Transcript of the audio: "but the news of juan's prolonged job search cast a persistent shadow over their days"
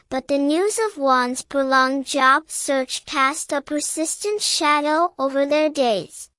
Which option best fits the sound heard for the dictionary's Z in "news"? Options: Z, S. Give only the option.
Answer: Z